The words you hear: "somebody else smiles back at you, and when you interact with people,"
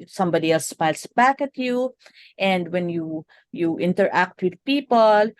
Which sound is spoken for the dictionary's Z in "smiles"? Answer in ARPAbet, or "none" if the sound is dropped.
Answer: S